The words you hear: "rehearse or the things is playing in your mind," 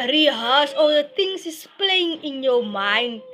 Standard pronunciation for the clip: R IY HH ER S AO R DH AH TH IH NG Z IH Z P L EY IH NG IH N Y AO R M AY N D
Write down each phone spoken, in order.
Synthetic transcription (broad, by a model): R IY HH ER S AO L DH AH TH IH NG S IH S P L EY IH NG IH N Y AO M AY N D